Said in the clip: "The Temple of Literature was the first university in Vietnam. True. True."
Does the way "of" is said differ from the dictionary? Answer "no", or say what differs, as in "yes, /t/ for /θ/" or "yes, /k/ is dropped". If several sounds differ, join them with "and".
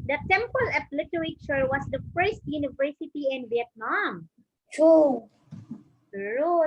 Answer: yes, /p/ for /v/